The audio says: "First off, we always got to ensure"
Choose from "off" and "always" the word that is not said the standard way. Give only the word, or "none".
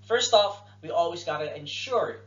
none